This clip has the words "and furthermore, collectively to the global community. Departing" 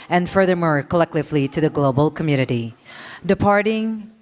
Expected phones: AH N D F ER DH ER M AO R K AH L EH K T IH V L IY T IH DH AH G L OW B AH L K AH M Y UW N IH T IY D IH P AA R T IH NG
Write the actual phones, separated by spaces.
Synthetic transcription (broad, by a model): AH N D F ER DH ER M AO R K AH L EH K T IH V L IY T IH DH AH G L OW B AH L K AH M Y UW N IH T IY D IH P AA R T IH NG